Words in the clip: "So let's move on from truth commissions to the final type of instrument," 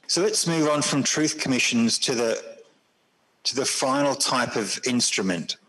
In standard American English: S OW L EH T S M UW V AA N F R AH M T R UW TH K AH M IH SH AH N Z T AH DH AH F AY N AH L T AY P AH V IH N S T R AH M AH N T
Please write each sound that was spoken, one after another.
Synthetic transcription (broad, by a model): S OW L EH T S M UW V N F R AH M T R UW TH K AH M IH SH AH N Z T AH DH AH F AY N AH L T AY P AH V IH N S T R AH M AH N T